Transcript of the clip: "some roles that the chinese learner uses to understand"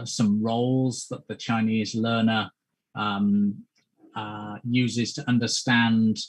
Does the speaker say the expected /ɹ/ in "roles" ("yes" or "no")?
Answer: yes